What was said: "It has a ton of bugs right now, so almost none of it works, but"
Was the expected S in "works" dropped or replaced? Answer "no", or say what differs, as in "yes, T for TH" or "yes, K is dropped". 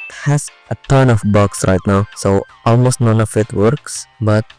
no